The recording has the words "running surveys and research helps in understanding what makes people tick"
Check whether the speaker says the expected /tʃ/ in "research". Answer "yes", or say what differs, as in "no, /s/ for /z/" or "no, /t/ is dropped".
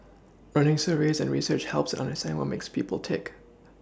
yes